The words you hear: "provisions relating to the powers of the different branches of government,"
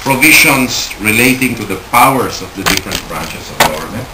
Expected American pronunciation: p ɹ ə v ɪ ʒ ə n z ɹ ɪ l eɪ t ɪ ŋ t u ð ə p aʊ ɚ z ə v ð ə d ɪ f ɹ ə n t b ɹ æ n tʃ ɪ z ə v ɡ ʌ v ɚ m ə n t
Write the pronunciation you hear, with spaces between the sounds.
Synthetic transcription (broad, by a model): p ɹ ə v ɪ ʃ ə n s ɹ ɪ l eɪ t ɪ ŋ t u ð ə p aʊ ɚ s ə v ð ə d ɪ f ɹ ə n t b ɹ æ n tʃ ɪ s ə v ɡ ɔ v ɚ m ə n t